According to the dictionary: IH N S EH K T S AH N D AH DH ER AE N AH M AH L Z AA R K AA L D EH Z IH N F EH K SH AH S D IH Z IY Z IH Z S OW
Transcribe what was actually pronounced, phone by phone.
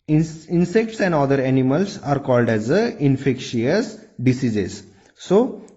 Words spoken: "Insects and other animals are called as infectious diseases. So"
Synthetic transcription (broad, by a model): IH N S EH K T S AH N D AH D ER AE N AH M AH L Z AA R K AA L D EH Z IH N F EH K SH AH S D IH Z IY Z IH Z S OW